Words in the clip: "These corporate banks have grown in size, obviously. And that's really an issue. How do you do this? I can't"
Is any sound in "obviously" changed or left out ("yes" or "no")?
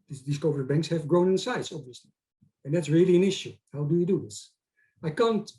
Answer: no